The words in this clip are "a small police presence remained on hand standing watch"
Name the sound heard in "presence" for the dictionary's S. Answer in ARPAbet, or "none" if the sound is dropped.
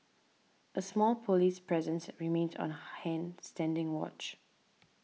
S